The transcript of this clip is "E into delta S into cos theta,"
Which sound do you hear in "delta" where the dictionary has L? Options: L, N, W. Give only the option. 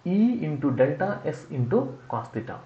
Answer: L